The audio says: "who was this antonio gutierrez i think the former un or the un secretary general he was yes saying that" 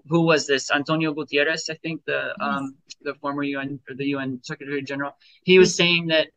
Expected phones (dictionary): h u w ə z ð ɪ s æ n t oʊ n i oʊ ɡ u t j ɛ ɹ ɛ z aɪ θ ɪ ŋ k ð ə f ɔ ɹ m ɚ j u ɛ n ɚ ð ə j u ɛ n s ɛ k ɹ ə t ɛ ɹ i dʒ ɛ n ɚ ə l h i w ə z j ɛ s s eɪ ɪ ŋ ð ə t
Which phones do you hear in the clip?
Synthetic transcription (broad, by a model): h u w ə z ð ɪ s æ n t oʊ n i oʊ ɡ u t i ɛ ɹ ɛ s aɪ θ ɪ ŋ k ð ə f ɔ ɹ m ɚ j u ɛ n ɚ ð ə j u ɛ n s ɛ k ɹ ə t ɛ ɹ i dʒ ɛ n ɚ l h i w ə z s s eɪ ɪ ŋ ð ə t